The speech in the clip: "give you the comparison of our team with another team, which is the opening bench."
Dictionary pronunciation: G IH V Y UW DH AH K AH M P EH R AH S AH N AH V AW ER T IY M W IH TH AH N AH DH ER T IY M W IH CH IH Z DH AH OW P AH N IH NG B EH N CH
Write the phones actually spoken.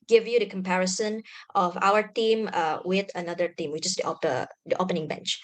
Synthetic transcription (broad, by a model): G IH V Y UW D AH K AH M P EH R AH S AH N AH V AW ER T IY M W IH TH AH N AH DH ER T IY M W IH CH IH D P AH OW P AH N IH NG B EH N CH